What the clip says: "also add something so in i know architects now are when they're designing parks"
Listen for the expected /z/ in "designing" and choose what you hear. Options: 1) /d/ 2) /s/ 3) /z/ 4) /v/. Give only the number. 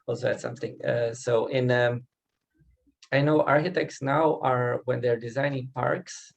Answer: 3